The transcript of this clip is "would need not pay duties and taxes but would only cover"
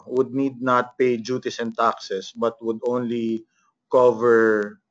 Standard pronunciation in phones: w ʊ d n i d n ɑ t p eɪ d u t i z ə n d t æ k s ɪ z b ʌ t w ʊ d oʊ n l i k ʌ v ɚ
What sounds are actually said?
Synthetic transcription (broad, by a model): w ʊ d n i d n ɑ t p eɪ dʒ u t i s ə n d t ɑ k s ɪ s b ʌ t w ʊ d oʊ n l i k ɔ v ɚ